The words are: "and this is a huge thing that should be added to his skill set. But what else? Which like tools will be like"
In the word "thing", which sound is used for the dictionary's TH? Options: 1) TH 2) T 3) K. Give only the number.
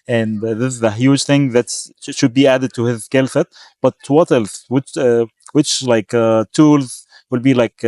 1